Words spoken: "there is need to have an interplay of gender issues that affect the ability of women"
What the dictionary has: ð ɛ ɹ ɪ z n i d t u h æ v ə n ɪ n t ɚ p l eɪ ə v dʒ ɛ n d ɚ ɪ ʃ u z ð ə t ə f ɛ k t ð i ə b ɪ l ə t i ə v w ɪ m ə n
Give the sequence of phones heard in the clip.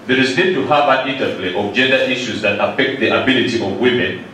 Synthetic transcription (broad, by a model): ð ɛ ɹ ɪ z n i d t u h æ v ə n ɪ n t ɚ f l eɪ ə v dʒ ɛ n d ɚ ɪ ʃ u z ð ə t ə f ɛ k t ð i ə b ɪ l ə t i ə v w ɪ m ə n